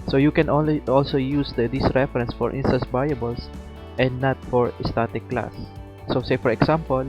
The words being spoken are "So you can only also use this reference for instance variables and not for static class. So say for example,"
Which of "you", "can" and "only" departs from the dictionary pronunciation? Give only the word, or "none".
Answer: only